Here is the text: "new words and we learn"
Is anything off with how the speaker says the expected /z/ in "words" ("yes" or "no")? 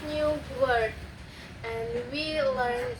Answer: yes